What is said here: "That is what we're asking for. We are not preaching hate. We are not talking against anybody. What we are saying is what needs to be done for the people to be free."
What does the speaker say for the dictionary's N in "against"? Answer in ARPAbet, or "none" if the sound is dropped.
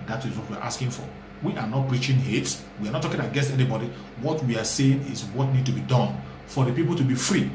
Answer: none